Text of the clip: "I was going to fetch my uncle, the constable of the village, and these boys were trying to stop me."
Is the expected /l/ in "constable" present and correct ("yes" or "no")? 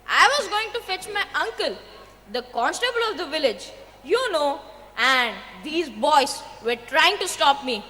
yes